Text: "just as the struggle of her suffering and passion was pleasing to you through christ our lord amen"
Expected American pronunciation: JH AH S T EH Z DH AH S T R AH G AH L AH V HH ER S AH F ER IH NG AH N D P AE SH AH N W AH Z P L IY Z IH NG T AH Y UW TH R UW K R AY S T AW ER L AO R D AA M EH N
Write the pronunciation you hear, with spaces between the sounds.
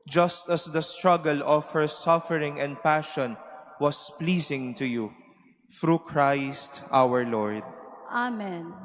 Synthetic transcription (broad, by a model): JH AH S T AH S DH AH S T R AH G AH L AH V HH ER S AH F ER IH NG AH N D P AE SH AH N W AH S P L IY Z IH NG T AH Y UW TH R UW K R AY S T AW ER L AO R D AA M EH N